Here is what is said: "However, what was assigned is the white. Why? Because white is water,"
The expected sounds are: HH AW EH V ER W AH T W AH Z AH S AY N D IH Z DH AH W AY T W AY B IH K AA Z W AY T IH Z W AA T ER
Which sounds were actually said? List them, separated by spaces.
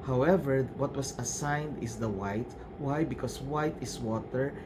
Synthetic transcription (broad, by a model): HH AW EH V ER W AH T W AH S AH S AY N D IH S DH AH W AY T W AY B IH K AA S W AY T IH S W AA T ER